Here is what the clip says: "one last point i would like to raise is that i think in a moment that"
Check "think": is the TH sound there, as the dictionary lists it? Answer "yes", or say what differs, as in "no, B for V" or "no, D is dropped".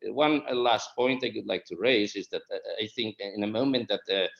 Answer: yes